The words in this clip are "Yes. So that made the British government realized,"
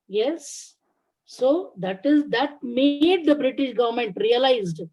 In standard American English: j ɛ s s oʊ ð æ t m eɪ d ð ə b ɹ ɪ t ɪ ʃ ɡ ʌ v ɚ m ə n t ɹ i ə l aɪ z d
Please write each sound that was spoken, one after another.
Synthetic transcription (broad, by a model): j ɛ s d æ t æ t m eɪ d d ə b ɹ ɪ t ɪ ʃ ɡ ʌ v ɚ m ə n t ɹ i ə l aɪ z d